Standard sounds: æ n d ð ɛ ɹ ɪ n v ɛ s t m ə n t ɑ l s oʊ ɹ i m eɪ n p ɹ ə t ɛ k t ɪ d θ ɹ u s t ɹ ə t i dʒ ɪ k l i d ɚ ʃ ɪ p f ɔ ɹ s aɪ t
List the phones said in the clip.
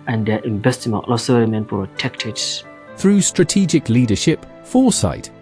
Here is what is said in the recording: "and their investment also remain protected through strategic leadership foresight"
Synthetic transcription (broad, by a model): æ n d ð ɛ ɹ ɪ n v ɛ s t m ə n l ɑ s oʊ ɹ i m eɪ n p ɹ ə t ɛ k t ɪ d θ ɹ u s t ɹ ə t i dʒ ɪ k l i d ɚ ʃ ɪ p f ɔ s aɪ t